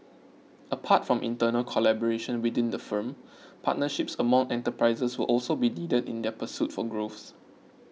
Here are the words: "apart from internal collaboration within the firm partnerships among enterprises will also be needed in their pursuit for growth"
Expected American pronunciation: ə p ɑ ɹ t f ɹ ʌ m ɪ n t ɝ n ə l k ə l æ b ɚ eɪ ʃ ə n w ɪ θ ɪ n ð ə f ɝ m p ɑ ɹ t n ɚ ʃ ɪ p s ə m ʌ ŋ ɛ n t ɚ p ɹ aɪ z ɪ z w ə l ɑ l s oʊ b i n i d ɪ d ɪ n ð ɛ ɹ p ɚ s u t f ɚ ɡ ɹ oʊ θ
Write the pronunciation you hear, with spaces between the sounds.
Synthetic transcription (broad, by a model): ə p ɑ t f ɹ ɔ m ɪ n t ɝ n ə l k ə l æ b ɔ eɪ ʃ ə n w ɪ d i n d ə f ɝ m p ɑ t n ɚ ʃ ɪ p s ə m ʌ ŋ ɛ n t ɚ p ɹ aɪ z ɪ s w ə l ɑ l s oʊ b i n i d ɪ d ɪ n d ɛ p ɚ s u t f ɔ ɡ ɹ oʊ s